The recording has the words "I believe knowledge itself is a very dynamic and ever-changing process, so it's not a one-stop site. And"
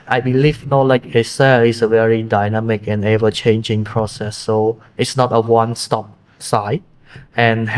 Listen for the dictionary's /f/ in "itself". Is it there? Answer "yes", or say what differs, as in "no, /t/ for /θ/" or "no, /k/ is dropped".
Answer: no, /f/ is dropped